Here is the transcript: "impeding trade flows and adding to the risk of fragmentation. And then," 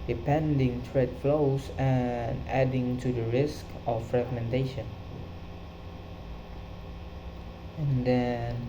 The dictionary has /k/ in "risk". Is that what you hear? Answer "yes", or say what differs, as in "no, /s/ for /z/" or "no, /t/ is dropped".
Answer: yes